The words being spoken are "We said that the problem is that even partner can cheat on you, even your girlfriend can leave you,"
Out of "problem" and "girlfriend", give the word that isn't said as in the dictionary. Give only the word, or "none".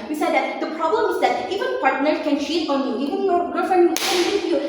girlfriend